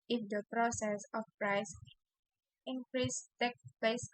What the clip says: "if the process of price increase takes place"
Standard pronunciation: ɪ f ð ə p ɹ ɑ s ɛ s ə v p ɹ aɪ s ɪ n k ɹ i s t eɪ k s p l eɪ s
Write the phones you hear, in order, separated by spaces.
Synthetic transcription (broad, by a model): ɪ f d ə p ɹ ɑ s ɛ s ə f p ɹ aɪ s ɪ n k ɹ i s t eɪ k p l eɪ s